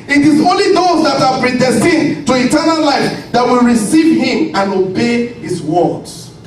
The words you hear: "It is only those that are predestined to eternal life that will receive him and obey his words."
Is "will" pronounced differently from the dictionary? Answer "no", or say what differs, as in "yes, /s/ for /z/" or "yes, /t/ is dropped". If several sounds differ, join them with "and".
no